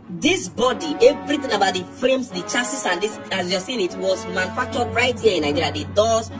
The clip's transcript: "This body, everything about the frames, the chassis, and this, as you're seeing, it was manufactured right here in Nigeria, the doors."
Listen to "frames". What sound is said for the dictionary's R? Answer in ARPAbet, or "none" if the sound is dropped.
none